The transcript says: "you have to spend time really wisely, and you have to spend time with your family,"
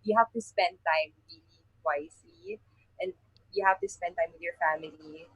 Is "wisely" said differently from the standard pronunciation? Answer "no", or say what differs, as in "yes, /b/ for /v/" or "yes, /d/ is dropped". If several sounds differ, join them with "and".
yes, /s/ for /z/